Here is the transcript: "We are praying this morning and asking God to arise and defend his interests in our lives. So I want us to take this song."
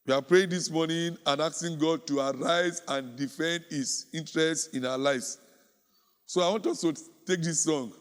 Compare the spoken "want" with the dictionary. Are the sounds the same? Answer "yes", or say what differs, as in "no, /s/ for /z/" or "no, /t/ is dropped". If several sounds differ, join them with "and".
yes